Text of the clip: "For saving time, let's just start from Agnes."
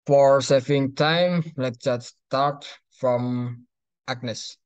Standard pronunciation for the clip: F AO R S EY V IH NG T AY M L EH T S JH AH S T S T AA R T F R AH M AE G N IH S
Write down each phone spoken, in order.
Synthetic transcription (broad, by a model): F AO R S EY F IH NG T AY M L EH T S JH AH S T S T AA R T F R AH M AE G N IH S